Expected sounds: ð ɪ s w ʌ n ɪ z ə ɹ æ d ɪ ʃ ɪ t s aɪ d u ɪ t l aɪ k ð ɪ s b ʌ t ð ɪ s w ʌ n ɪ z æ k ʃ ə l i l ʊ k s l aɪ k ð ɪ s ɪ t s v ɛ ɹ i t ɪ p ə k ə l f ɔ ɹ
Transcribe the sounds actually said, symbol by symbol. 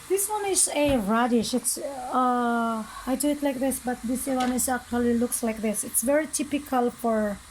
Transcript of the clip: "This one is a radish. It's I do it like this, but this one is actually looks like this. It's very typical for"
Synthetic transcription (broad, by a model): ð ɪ s w ʌ n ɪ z ə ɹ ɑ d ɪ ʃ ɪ t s aɪ d u ɪ t l aɪ k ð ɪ s b ʌ t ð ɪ s w ʌ n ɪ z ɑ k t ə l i l ʊ k s l aɪ k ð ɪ s ɪ t s v ɛ ɹ i t ɪ p ə k ə l f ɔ ɹ